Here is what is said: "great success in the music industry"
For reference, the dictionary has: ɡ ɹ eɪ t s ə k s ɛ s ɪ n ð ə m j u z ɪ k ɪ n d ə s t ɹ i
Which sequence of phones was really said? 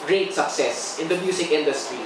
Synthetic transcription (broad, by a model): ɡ ɹ eɪ t s ə k s ɛ s ɪ n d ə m j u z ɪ k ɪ n d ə s t ɹ i